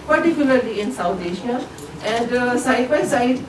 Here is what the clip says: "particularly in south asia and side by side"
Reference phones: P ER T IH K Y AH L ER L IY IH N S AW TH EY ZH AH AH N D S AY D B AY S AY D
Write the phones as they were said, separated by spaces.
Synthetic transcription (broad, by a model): P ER T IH K Y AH L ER L IY IH N S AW T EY SH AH AH N D S AY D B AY S AY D